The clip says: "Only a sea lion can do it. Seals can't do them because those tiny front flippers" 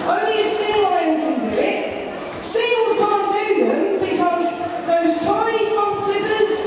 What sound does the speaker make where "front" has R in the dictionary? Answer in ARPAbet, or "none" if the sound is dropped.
none